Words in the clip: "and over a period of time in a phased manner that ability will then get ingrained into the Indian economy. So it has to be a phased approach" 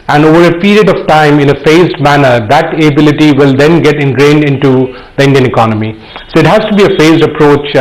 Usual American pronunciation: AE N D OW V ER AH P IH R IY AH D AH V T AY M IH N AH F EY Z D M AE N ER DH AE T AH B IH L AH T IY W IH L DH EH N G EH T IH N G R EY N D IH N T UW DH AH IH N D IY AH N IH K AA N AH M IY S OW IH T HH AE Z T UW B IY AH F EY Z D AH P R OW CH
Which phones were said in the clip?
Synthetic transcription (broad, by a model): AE N D OW V ER AH P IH R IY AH D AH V T AY M IH N AH F EY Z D M AE N ER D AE T AH B IH L AH T IY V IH L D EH N G EH T IH N G R EY N D IH N T UW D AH IH N D IY AH N IH K AA N AH M IY S OW IH T HH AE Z T UW B IY AH F EY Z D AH P R OW CH